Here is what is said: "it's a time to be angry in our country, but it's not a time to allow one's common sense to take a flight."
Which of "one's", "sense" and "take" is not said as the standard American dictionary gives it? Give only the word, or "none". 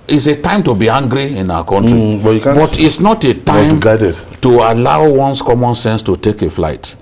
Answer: one's